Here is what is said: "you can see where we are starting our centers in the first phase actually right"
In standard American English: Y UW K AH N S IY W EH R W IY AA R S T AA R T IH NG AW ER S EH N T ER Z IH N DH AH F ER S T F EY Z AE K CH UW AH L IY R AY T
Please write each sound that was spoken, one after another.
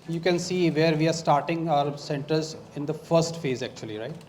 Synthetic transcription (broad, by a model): Y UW K AH N S IY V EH R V IY AA R S T AA R T IH NG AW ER S EH N T ER Z IH N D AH F ER S T F EY Z AE K CH UW AH L IY R AY T